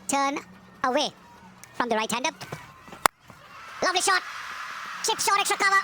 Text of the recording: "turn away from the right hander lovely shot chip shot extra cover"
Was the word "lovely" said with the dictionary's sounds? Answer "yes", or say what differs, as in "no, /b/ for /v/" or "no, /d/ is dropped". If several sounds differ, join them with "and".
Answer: yes